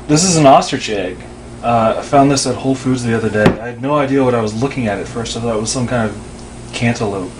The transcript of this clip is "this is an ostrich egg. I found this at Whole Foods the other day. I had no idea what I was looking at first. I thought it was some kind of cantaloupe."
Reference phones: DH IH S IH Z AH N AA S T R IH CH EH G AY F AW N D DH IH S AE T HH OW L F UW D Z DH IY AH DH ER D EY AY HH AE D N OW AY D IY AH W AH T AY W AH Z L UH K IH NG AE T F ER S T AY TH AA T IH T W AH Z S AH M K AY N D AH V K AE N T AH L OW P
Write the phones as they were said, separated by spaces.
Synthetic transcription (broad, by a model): DH IH S IH Z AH N AA S T R IH CH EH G AY F AW N DH IH S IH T HH OW L F UW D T DH IY AH DH ER D EY AY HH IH D N OW AY D IY AH W AH T AY W AH Z L UH K IH NG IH T F ER S T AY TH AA IH T W AH Z S AH M K AY N D AH V K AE N T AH L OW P